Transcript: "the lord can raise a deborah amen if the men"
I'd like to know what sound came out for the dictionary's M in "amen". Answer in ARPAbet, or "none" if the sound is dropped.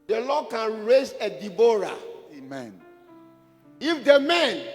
M